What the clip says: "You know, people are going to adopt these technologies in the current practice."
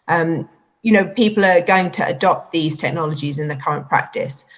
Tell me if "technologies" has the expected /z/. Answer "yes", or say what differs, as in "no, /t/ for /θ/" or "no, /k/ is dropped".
yes